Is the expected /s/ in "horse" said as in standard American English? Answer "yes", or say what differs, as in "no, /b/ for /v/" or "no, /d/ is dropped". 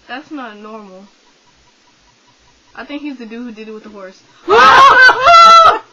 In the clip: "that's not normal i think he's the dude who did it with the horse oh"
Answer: yes